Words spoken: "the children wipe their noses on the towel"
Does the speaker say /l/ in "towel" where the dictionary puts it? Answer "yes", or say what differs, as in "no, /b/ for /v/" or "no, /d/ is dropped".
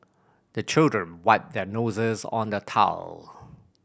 yes